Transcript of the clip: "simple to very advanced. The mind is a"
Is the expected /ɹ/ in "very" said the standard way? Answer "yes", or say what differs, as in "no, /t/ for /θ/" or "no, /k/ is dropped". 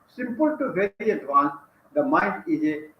no, /ɹ/ is dropped